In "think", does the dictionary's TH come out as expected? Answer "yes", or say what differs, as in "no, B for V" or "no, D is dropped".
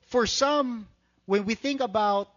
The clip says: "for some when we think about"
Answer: yes